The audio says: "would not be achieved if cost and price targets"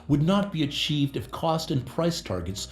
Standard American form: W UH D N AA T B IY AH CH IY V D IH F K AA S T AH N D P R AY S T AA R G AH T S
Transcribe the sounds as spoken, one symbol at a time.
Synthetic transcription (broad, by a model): W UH D N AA T B IY AH CH IY V D IH F K AA S T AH N P R AY S T AA R G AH T S